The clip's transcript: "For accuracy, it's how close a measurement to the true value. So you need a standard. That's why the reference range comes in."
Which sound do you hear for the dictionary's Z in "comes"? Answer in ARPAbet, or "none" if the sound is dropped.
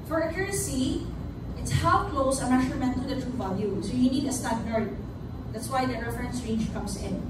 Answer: S